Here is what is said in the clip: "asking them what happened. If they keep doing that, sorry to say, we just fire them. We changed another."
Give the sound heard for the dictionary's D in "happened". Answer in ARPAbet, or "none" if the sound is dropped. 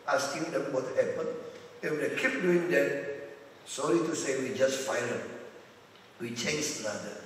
none